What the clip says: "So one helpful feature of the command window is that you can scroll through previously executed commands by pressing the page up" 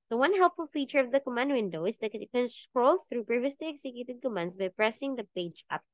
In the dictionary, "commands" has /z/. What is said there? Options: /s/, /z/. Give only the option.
/s/